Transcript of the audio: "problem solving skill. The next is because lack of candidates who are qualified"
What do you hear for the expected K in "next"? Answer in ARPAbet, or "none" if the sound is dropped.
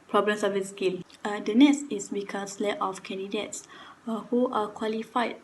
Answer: none